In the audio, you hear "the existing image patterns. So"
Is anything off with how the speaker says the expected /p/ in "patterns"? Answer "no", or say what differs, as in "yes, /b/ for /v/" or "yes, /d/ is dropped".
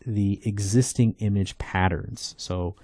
no